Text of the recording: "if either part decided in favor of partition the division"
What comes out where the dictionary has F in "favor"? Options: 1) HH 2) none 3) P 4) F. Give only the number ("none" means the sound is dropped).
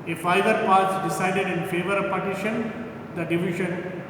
4